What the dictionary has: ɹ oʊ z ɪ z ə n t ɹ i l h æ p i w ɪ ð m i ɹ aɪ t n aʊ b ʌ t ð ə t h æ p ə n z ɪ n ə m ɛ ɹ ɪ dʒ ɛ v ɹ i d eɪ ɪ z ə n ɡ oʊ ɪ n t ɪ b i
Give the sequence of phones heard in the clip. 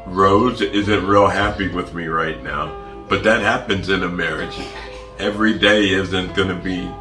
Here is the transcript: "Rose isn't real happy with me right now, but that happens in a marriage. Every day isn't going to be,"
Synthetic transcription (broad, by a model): ɹ oʊ z ɪ z ə n t ɹ i l h æ p i w ɪ ð m i ɹ aɪ t n aʊ b ʌ t ð ə t h æ p ə n z ɪ n ə m ɛ ɹ ɪ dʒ ɛ v ɹ i d eɪ ɪ z ə n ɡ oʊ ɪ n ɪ b i